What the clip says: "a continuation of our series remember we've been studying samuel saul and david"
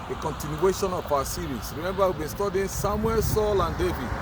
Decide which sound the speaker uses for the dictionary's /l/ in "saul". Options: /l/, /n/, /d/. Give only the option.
/l/